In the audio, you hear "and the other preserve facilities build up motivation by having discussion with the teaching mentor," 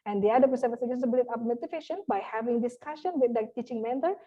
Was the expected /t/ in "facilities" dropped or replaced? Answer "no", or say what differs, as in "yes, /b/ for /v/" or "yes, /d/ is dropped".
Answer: yes, /s/ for /t/